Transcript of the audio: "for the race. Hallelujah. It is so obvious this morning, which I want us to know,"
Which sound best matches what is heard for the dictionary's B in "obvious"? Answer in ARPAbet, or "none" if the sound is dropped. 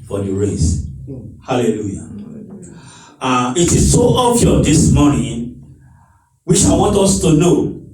none